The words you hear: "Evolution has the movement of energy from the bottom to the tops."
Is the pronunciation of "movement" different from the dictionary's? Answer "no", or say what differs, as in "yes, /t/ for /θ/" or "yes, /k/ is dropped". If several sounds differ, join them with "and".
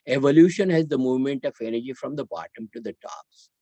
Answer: no